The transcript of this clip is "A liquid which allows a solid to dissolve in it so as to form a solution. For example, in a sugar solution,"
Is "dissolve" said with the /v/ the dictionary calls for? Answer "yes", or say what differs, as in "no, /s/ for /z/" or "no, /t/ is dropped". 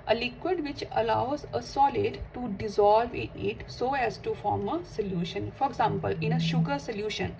yes